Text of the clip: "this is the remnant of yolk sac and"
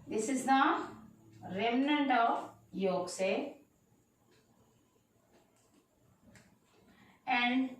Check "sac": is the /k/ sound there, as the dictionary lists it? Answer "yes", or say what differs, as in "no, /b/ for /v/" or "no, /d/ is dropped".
no, /k/ is dropped